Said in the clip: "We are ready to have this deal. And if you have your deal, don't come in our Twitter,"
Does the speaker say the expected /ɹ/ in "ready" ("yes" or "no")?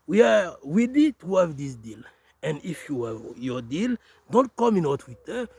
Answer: no